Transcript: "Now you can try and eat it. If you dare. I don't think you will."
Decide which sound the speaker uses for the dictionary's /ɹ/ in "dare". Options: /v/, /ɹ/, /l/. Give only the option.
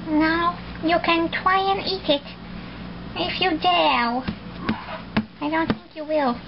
/l/